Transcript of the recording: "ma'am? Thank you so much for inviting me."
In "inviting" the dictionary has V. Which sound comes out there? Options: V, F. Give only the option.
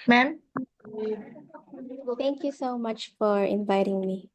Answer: V